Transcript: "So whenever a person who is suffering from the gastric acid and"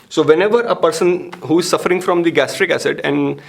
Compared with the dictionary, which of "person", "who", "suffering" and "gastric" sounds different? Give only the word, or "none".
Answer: none